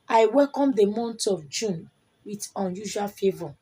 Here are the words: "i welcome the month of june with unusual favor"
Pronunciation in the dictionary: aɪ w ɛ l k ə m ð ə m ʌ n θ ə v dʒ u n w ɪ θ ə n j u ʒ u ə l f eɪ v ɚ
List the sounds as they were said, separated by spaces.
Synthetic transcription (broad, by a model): aɪ w ɛ l k ə m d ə m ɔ n t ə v dʒ u n w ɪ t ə n j u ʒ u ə l f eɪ v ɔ